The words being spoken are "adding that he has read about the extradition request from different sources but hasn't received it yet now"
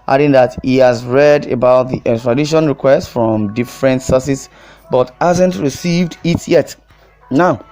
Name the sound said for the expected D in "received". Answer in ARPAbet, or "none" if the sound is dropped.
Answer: D